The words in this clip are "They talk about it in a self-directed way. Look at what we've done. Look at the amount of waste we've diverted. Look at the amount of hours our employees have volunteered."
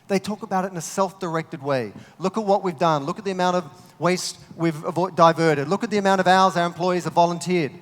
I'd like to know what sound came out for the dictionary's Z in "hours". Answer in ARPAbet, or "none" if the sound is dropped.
Z